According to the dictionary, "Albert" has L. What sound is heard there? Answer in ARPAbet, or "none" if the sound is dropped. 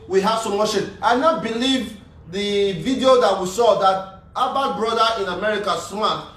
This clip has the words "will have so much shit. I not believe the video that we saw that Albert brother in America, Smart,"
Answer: none